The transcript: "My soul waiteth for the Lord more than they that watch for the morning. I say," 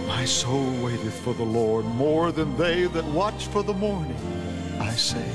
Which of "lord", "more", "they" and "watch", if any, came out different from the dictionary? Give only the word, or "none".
none